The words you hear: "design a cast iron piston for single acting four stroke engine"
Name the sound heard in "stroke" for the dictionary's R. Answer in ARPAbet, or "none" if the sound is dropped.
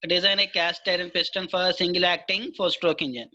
R